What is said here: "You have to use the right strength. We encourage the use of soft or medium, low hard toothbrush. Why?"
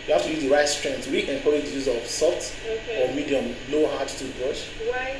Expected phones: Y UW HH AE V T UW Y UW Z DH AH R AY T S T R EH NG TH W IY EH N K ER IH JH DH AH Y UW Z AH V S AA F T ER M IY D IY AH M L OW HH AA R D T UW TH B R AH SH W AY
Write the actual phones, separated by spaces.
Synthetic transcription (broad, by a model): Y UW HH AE F T UW Y UW Z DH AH R AY T S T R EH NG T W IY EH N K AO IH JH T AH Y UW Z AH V S AA F T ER M IY D IY AH M N OW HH AA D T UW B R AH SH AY